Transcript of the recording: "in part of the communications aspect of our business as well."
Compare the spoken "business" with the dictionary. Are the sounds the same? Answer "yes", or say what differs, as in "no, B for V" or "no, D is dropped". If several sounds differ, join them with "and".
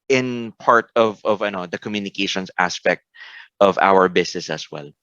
no, S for Z